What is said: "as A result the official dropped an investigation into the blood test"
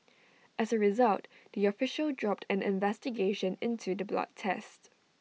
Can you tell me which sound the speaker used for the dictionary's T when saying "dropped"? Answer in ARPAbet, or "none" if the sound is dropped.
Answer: T